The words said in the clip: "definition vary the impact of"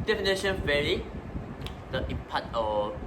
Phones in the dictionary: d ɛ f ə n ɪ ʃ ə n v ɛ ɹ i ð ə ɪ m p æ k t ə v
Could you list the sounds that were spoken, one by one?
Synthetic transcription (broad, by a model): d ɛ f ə n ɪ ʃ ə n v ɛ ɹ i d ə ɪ p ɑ t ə